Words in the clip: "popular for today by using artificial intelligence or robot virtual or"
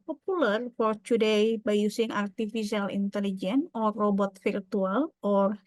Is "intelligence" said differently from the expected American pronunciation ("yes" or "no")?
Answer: yes